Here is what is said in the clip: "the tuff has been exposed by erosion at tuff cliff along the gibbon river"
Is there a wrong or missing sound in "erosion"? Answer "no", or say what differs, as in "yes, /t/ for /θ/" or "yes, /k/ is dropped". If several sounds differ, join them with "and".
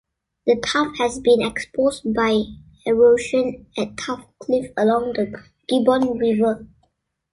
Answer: yes, /ʃ/ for /ʒ/